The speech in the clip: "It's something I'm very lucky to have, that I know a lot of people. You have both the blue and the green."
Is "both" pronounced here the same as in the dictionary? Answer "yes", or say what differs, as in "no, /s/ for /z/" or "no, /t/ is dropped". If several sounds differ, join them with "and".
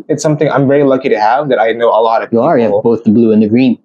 yes